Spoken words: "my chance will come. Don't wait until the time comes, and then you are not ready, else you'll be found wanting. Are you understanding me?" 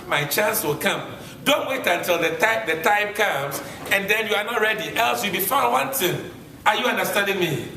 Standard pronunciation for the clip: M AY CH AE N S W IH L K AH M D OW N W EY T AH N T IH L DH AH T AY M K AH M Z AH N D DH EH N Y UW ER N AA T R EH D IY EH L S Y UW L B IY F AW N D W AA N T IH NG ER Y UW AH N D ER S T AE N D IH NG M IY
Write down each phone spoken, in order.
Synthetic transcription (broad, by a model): M AY CH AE N S W IH L K AH M D OW N W EY T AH N T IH L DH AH T AY M K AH M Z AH N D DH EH N Y UW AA N AA T R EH D IY EH L S Y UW B IY F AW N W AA N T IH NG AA Y UW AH N D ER S T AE N D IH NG M IY